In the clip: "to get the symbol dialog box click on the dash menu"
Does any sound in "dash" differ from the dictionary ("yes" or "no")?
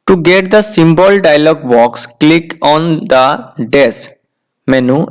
yes